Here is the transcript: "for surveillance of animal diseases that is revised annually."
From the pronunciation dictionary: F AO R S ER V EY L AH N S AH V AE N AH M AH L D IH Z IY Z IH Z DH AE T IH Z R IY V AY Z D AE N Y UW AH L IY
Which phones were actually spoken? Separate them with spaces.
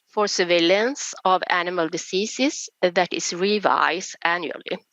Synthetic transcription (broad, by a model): F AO R S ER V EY L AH N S AH V AE N AH M AH L D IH S IY S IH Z DH AE T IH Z R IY V AY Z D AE N Y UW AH L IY